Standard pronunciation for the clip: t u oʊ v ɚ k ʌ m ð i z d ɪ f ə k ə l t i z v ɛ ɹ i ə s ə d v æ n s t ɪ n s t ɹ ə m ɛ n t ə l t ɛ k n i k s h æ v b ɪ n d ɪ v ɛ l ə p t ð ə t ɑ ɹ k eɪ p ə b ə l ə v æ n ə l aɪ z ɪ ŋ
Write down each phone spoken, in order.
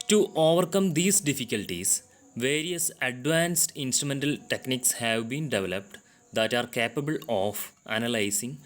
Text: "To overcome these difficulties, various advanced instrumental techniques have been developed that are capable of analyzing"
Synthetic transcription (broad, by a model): t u oʊ v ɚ k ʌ m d i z d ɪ f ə k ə l t i s v ɛ ɹ i ə s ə d v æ n s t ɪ n s t ɹ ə m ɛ n t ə l t ɛ k n i k s h æ v b ɪ n d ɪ v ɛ l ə p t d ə t ɑ ɹ k eɪ p ə b ə l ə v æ n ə l aɪ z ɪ ŋ